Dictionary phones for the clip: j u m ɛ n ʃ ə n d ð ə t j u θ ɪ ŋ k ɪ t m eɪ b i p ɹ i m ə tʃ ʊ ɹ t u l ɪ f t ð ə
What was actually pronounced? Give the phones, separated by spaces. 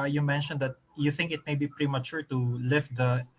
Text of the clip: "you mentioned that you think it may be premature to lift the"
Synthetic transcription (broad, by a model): j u m ɛ n ʃ ə n d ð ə t j u θ ɪ ŋ k ɪ t m eɪ b i p ɹ i m ə tʃ ʊ ɹ t u l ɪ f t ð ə